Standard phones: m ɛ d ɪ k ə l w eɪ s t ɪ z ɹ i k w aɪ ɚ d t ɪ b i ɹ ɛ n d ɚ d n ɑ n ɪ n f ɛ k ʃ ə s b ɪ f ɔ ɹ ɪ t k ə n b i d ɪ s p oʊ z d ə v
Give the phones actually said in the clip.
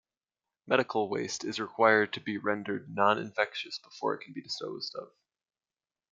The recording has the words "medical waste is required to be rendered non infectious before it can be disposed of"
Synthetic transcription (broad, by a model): m ɛ d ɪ k l w eɪ s t ɪ z ɹ i k w aɪ ɚ d t ɪ b i ɹ ɛ n d ɚ d n ɑ n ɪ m f ɛ k ʃ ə s b ɪ f ɔ ɹ ɪ t k n b i d ɪ s p oʊ z d ə v